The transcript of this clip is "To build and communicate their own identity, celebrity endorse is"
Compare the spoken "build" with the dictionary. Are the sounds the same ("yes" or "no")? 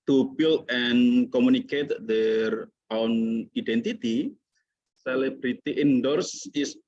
no